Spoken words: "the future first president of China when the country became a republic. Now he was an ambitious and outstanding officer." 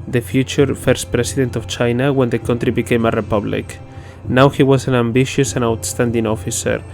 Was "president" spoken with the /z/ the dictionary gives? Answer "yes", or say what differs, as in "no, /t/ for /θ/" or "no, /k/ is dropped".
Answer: no, /s/ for /z/